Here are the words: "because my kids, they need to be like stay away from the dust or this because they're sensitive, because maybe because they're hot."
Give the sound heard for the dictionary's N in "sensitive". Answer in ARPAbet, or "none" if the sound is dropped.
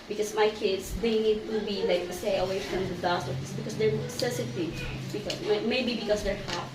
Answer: none